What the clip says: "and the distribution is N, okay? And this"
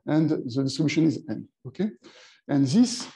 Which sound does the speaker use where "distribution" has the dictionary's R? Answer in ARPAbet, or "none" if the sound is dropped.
none